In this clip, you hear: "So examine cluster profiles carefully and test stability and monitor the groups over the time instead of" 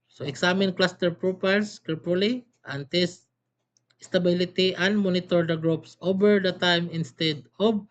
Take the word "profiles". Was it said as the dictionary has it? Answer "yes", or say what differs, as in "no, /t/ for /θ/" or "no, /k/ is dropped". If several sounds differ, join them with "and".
no, /p/ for /f/ and /s/ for /z/